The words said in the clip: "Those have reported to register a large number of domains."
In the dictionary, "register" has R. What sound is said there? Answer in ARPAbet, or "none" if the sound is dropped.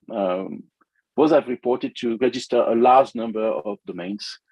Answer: R